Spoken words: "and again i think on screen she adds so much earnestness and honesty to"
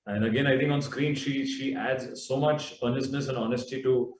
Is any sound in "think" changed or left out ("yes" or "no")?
yes